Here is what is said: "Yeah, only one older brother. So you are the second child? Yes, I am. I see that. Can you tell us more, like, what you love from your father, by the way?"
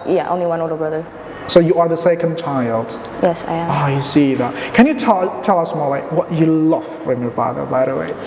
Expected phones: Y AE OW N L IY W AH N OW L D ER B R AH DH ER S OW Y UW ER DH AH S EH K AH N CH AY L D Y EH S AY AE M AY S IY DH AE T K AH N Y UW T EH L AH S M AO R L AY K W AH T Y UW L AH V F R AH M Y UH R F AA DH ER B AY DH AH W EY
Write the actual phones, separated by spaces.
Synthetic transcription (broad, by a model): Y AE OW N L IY W AH N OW D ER B R AH DH ER S OW Y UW ER DH AH S EH K AH N CH AY L D Y EH S AY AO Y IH S IY DH AE T K AH N Y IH T EH L AH S M AO R L AY K W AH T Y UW L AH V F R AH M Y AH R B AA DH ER B AY DH AH W EY